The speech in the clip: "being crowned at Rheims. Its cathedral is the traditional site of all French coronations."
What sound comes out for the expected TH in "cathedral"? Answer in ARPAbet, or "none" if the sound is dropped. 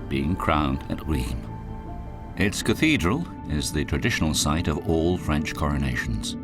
TH